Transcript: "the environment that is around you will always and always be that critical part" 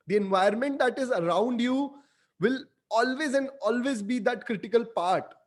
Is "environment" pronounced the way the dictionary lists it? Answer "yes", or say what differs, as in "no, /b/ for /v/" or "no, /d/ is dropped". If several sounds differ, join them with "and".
no, /ɹ/ is dropped